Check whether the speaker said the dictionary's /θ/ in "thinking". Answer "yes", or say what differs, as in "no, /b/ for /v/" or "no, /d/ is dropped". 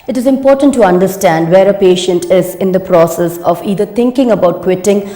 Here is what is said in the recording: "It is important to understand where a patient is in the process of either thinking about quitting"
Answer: no, /t/ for /θ/